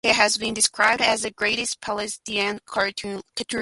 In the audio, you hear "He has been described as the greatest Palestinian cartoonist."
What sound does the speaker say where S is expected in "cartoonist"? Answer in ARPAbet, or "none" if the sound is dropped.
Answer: none